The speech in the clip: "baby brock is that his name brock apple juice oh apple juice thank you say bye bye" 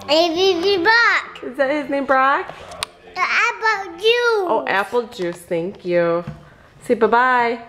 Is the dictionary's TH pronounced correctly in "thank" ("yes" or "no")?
yes